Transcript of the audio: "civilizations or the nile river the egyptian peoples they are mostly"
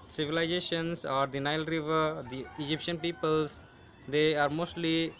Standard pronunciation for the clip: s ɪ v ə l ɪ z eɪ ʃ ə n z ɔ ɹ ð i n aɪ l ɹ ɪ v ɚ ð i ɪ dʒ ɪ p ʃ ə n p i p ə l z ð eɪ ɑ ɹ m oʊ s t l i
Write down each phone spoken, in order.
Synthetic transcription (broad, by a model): s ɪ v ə l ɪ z eɪ ʃ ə n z ɔ ɹ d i n aɪ l ɹ ɪ v ɚ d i ɪ dʒ ɪ p ʃ ə n p i p ə l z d eɪ ɑ ɹ m oʊ s t l i